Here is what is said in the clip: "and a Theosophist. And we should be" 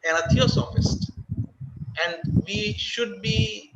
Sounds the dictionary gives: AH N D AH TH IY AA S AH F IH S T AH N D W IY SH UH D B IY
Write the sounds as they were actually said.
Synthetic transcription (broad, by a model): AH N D AH T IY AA S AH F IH S T AH N D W IY SH UH D B IY